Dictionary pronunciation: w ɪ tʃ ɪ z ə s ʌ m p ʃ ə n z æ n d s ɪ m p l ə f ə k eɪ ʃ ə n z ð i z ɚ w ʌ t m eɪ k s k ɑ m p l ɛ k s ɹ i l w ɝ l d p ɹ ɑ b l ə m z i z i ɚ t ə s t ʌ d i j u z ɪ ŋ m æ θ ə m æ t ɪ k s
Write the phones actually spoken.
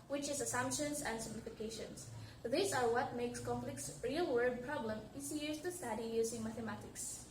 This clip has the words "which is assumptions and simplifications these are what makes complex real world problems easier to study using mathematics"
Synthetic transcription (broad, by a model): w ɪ tʃ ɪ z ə s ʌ m p ʃ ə n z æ n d s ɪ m p l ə f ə k eɪ ʃ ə n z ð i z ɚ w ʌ t m eɪ k s k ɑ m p l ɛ k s ɹ i l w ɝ d p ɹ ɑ b l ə m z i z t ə s t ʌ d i j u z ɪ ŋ m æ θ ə m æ t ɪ k s